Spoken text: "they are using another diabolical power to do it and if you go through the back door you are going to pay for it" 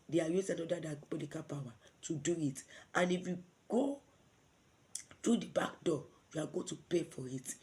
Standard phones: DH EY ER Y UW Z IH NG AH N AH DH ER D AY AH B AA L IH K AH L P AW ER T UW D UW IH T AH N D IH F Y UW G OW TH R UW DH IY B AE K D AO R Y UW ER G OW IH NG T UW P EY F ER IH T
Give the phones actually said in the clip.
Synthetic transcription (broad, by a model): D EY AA Y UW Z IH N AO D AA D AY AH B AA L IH K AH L P AW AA T UW D UW IH T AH N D IH F Y UW G OW T R UW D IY B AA K D AO Y UW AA G OW T UW P EY F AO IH T